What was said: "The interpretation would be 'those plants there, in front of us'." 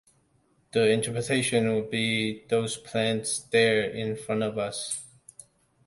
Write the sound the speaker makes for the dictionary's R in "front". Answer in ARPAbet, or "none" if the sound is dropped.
R